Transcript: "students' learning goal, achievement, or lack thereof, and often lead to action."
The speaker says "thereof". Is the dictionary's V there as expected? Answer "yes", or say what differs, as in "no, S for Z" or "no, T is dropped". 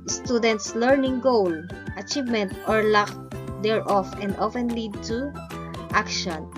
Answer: no, F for V